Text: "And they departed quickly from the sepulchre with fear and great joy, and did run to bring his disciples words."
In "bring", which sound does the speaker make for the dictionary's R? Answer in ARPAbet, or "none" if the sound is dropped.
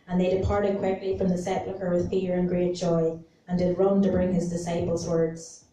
R